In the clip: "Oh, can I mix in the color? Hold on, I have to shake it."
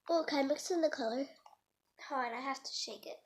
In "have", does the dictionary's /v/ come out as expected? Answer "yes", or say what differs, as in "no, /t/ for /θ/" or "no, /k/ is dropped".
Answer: no, /f/ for /v/